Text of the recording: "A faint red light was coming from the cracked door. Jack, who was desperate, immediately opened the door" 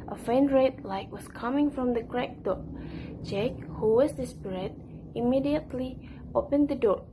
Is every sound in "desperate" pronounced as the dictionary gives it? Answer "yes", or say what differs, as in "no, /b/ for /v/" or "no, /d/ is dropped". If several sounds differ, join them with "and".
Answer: no, /b/ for /p/